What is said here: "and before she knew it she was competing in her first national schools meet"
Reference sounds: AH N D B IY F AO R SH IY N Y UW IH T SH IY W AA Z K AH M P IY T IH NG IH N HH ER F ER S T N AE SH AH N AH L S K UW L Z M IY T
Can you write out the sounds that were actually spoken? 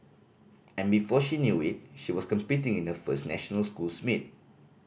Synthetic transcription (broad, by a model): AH N B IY F AO SH IY N Y UW IH T SH IY W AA S K AH M P IY T IH NG IH N HH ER F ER S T N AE SH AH N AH L S K UW L S M IY T